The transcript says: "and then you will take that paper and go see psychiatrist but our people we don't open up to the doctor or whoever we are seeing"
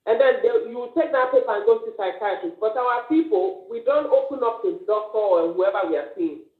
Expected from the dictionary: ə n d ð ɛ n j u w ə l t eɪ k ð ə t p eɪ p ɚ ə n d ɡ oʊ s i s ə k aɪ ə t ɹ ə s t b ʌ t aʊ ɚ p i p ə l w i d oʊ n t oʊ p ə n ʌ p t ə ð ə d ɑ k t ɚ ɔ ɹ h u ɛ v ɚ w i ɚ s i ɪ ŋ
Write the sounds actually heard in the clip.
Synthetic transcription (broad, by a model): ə n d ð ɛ n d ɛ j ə w t eɪ k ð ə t p eɪ p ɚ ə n ɡ oʊ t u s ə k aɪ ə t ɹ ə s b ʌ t aʊ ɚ p i p ə l w i d oʊ n t oʊ p ə n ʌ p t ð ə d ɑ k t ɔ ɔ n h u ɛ v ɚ w i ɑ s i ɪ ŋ